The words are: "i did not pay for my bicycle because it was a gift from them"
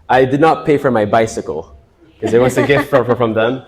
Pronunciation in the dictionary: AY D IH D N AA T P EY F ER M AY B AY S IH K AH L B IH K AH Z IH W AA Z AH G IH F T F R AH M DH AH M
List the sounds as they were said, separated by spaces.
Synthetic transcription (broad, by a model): AY D IH D N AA T P EY F ER M AY B AY S IH K AH L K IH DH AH IH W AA S AH G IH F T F R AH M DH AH M